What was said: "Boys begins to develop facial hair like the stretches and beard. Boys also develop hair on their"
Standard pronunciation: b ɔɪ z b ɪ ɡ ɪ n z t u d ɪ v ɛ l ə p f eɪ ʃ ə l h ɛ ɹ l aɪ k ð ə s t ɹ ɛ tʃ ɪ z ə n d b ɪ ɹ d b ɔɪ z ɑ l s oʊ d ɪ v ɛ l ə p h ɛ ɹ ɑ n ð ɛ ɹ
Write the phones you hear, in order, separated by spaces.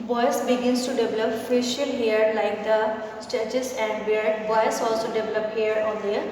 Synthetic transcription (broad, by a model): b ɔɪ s b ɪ ɡ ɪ n s t u d ɪ v ɛ l ə p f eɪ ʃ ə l h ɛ ɹ l aɪ k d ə s t ɛ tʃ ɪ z ə n d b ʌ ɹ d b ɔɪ s ɑ l s oʊ d ɪ v ɛ l ə p h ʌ ɹ ɑ n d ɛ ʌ